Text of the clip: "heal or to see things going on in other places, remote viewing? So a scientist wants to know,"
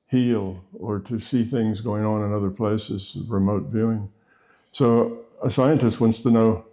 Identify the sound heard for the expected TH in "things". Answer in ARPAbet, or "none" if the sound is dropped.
TH